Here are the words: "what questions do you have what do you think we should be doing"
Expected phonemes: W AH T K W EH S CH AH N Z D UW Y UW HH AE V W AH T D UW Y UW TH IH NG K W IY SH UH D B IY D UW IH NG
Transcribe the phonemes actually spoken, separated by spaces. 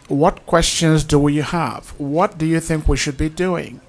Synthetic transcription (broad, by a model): W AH T K W EH S CH AH N Z D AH Y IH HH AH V W AH T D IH Y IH TH IH NG K W IY SH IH D B IY D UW IH NG